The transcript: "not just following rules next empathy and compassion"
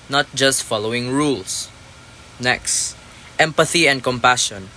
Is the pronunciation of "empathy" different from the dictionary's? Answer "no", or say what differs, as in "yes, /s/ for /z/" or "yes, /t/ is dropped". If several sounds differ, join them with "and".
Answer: no